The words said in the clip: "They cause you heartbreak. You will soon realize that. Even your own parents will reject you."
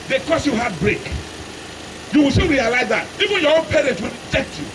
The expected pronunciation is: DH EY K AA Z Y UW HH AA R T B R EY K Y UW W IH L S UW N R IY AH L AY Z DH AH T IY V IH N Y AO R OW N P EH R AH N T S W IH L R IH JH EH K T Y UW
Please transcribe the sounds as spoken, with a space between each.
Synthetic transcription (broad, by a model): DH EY K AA S Y UW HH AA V B R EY K Y UW W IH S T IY L R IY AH L AY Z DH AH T IY V IH N Y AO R OW N P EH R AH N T W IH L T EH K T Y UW